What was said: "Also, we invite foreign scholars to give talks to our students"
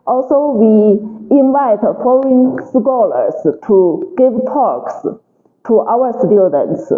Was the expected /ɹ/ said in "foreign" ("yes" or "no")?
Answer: no